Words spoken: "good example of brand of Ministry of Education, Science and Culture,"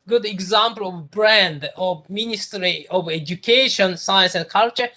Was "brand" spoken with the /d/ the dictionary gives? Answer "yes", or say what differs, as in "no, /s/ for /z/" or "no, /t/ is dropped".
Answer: yes